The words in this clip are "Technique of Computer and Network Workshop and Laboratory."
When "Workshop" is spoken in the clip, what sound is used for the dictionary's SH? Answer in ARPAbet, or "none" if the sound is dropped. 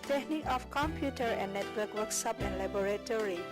S